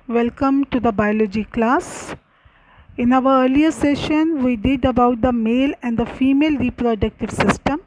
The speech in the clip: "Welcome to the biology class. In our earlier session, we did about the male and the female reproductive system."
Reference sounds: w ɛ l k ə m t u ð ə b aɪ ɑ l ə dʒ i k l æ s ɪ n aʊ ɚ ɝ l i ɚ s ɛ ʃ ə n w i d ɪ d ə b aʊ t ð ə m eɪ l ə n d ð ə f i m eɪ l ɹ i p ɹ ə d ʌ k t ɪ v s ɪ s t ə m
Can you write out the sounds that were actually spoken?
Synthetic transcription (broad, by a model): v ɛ l k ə m t u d ə b aɪ ɑ l ə dʒ i k l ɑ s ɪ n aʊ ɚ ɝ l i ɚ s ɛ ʃ ə n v i d ɪ d ə b aʊ t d ə m eɪ l ə n d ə f i m eɪ l ɹ i p ɹ ə d ʌ k t ɪ v s ɪ s t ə m